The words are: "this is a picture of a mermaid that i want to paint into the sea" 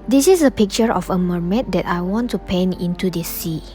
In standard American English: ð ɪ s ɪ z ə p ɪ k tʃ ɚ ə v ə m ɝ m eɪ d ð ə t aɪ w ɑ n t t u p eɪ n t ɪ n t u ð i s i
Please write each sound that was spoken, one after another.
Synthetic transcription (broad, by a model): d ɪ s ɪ s ə p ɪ k tʃ ɚ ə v ə m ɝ m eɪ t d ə t aɪ w ɑ n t t u p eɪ n ɪ n t u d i s i